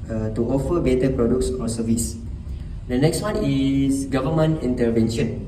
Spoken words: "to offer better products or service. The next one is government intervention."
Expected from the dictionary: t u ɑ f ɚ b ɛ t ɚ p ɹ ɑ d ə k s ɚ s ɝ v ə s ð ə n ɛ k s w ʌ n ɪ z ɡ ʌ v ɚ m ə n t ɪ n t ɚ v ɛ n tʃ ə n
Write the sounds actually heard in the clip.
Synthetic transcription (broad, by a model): t u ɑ f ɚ b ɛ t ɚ p ɹ ɑ d ə k s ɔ s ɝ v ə s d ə n ɛ k s w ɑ n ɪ s ɡ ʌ v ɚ m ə n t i n t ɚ v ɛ n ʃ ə n